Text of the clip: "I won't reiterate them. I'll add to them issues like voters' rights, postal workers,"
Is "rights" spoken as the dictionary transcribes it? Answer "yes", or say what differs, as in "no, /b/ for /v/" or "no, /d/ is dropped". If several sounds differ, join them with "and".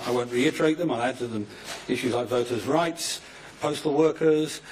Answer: yes